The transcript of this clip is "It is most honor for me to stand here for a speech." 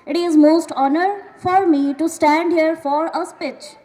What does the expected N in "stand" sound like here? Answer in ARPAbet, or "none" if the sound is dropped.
N